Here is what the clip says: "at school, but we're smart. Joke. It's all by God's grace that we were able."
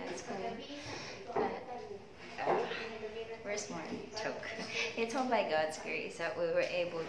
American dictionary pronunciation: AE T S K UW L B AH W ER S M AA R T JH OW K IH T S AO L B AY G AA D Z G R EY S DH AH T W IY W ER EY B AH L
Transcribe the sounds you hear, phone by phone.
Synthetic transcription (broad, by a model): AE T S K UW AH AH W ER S M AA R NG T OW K IH T S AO N B AY G AA D Z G R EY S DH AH T W IY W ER EY B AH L